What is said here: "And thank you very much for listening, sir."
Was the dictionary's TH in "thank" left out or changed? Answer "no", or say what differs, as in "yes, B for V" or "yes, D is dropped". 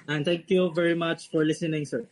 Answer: yes, T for TH